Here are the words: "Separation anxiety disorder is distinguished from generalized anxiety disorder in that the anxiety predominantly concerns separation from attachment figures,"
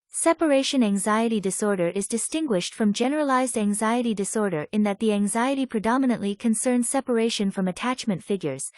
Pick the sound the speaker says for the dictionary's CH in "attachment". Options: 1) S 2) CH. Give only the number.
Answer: 2